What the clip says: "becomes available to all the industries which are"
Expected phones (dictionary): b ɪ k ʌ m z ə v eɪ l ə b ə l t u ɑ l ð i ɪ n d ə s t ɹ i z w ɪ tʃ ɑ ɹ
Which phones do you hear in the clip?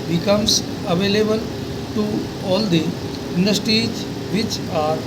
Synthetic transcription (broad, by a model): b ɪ k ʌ m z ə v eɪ l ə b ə l t u ɑ l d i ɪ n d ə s t i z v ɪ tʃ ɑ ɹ